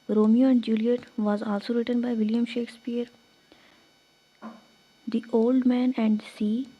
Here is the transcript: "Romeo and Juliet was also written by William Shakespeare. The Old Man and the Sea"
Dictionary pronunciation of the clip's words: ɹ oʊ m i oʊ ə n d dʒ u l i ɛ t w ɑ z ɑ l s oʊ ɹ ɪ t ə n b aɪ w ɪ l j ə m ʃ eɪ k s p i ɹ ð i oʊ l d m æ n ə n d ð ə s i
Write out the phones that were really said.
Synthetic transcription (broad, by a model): ɹ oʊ m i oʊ ə n d dʒ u l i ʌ t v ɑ z ɑ l s oʊ ɹ ɪ t ə n b aɪ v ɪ l j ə m ʃ eɪ k s p i ɹ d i oʊ l d m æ n ə n d s i